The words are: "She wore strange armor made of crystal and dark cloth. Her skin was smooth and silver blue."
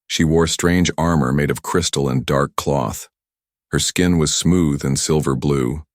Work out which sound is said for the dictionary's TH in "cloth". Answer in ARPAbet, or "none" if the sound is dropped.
TH